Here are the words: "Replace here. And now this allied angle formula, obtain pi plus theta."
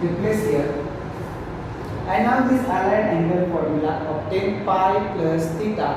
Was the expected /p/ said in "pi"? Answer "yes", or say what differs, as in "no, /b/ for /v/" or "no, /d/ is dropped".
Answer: no, /f/ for /p/